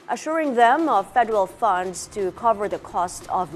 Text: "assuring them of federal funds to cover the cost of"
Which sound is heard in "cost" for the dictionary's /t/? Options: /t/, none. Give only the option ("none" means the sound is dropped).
/t/